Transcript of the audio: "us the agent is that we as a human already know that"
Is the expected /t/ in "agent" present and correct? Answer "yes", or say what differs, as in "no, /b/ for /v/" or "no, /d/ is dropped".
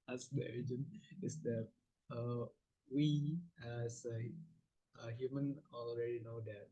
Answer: no, /t/ is dropped